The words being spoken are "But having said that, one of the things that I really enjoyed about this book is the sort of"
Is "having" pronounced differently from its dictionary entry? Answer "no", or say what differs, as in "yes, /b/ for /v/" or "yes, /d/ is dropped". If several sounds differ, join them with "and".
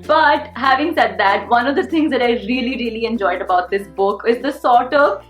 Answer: no